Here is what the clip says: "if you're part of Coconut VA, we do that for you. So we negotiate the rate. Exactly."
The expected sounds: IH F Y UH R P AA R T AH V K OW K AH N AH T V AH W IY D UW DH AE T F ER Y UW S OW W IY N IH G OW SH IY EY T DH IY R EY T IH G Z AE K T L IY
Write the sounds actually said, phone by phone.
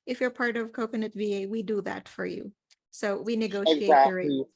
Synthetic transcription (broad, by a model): IH F Y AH R P AA R T AH V K OW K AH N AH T V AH W IY D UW DH AE T F ER Y UW S OW W IY N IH G OW IY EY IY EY IH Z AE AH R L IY